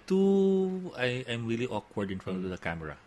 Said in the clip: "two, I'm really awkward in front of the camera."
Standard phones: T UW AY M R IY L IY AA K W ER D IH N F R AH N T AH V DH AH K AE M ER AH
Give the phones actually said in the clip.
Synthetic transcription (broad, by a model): T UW AY M R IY L IY AA K W ER D IH N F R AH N AH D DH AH K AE M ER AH